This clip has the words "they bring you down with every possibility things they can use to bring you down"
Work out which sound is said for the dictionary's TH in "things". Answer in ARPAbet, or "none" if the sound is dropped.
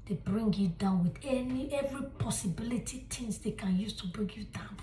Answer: T